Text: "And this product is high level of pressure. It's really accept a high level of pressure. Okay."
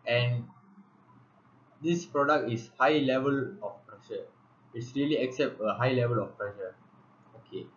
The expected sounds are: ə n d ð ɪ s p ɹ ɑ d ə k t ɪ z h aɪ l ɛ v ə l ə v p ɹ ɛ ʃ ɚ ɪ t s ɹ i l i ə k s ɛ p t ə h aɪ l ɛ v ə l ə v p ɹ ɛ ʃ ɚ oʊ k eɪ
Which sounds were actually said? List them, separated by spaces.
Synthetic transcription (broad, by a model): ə n d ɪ s p ɹ ɑ d ə k t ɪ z h aɪ l ɛ v ə l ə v p ɹ ɛ ʃ ɚ ɪ t s ɹ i l i ə k s ɛ p t ə h aɪ l ɛ v ə l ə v p ɹ ɛ ʃ ɚ oʊ k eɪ